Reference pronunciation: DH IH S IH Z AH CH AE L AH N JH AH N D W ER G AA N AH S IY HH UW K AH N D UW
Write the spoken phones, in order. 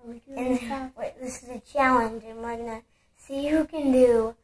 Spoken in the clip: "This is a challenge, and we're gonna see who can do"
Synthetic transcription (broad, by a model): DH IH S IH Z AH CH AE L AH N JH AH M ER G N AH S IY HH UW K AH N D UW